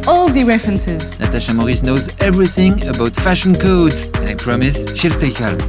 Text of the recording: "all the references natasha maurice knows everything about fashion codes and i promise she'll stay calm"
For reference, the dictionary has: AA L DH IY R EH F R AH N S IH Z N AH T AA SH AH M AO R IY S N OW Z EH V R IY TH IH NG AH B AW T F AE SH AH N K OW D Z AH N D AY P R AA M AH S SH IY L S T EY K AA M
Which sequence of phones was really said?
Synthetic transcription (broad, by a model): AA L DH IY R EH F R AH N S IH Z N AH T AA SH AH M AO R IY S N OW Z EH V R IY TH IH NG AH B AW T F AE SH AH N K OW D Z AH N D AY P R AA M AH S SH IY L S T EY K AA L